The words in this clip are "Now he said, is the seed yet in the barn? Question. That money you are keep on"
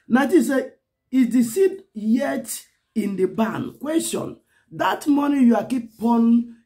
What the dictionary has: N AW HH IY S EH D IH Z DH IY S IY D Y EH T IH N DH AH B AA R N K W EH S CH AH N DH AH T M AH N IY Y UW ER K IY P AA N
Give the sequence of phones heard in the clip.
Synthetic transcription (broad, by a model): N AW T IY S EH IH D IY S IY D Y EH T IH N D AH B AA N K W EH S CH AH N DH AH T M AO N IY Y UW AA K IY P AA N